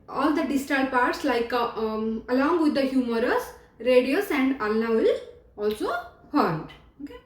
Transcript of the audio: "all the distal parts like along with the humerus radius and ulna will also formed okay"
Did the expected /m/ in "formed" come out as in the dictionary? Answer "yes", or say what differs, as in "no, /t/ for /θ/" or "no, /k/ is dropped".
no, /m/ is dropped